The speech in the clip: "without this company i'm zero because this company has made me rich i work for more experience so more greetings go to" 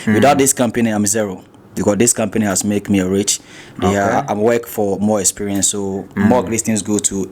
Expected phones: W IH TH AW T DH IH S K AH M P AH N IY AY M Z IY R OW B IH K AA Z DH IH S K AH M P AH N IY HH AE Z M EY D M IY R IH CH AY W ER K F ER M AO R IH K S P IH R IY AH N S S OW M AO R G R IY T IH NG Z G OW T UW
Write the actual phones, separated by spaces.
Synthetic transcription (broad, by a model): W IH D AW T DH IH S K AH M P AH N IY AY M Z IY R OW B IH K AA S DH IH S K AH M P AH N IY HH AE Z M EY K M IY R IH CH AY W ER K F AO M AO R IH K S P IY R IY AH N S S OW M AO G L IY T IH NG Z G OW T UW